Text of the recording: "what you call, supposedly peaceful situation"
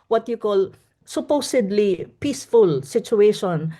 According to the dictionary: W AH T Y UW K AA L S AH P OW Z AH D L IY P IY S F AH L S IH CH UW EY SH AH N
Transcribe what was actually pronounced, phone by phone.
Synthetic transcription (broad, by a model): W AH T Y UW K AA L S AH P OW S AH D L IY P IY S F AH L S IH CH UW EY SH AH N